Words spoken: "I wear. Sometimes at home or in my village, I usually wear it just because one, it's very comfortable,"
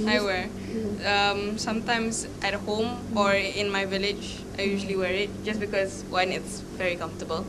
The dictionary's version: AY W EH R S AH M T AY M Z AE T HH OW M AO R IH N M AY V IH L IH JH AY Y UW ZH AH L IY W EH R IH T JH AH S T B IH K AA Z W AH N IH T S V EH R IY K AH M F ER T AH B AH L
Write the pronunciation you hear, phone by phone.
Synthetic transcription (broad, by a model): AY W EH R S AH M T AY M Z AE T HH OW M AO R IH N M AY V IH L IH JH AY Y UW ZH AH L IY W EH R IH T JH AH S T B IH K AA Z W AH N IH T S V EH R IY K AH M F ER T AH B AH L